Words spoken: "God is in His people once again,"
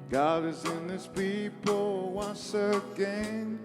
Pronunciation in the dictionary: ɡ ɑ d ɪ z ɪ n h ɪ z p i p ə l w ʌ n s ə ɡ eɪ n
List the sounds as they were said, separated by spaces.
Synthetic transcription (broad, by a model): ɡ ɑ d ɪ z ɪ n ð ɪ s p i p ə l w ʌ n s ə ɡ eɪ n